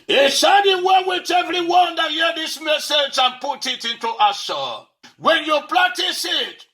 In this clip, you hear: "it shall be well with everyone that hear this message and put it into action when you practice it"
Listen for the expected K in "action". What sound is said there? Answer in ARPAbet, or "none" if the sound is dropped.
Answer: none